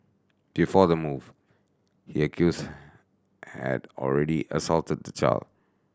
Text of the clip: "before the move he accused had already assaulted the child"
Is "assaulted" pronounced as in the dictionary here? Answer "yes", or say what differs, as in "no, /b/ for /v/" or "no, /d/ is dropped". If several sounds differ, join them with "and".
yes